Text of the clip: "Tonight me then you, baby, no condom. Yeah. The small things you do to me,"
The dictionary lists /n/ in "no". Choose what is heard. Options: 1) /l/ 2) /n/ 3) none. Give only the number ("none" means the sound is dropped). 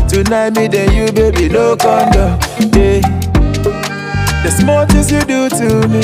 1